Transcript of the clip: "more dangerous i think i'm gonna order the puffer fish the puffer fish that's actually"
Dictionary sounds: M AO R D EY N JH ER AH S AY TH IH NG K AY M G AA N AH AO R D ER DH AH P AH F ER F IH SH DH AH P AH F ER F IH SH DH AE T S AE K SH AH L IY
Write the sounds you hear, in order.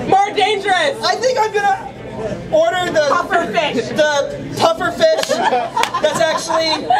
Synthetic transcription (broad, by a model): M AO R D EY N JH ER AH S AY TH IH NG K AY M G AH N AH AO R D ER DH AH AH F ER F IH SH DH AH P AH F ER F IH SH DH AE T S AE K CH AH L IY